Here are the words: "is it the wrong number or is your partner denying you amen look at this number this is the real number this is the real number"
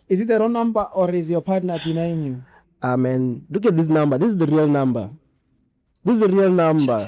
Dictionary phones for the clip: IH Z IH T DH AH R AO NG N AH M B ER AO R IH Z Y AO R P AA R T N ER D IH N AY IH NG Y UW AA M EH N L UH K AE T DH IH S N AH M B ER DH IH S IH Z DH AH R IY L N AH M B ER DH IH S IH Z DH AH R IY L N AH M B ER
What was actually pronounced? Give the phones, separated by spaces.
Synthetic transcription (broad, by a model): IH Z IH T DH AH R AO N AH M B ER AO R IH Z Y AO P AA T N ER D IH N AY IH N Y UW AA M EH N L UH K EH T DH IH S N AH M B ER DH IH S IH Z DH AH R IY L N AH M B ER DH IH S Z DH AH R IY L N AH M B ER